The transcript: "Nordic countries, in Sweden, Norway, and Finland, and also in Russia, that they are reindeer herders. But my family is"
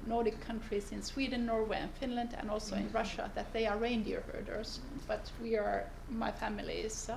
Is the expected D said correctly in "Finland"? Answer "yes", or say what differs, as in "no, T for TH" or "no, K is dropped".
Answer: yes